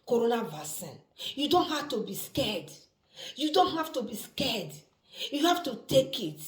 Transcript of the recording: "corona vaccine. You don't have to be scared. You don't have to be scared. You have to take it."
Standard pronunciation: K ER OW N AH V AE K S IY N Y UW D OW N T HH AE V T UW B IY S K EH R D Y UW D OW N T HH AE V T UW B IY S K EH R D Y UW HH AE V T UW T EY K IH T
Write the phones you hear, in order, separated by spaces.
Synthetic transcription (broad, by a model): K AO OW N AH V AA S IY N Y UW D OW N T HH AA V T UW B IY S K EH D Y UW D OW N T HH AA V T UW B IY S K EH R D Y UW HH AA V T UW T EY K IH T